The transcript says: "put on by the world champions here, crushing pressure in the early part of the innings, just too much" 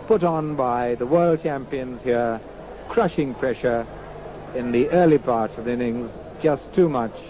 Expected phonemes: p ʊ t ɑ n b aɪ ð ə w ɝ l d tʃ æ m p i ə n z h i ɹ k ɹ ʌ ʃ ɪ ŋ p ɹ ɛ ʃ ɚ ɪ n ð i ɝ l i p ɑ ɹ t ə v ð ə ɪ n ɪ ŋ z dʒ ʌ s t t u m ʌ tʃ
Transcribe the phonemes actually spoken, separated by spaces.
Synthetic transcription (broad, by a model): p ʊ t n b aɪ ð ə w ɝ l d tʃ æ m p i ə n z h i ɹ k ɹ ʌ ʃ ɪ ŋ p ɹ ɛ ʃ ɚ ɪ n ð i ɝ l i p ɑ ɹ t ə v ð ɪ n ɪ ŋ z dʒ ʌ s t t u m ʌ tʃ